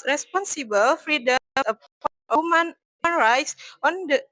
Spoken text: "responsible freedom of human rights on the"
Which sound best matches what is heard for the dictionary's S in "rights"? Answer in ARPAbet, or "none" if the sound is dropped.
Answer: S